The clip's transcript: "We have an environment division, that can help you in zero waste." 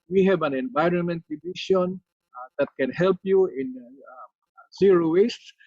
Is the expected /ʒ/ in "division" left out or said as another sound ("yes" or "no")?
yes